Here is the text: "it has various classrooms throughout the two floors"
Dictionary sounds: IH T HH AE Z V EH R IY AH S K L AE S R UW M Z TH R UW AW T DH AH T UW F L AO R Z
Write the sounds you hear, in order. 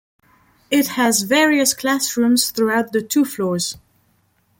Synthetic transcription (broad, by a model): IH T HH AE Z V EH R IY AH S K L AE S R UW M Z TH R UW AW T DH AH T UW F L AO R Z